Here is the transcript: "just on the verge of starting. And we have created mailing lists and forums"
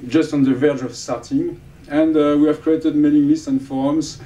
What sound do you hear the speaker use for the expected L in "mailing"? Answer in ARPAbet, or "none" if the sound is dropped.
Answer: N